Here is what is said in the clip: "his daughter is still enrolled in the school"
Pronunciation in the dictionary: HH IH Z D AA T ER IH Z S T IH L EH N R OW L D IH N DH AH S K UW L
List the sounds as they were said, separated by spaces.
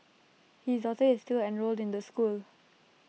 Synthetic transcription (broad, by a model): HH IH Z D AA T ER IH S T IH L EH N R OW L D IH N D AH S K UW L